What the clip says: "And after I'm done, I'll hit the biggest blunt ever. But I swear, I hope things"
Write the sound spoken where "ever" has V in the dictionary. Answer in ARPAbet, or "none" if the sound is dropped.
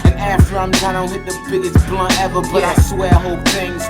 V